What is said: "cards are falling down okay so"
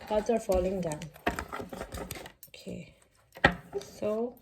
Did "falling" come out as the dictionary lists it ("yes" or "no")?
yes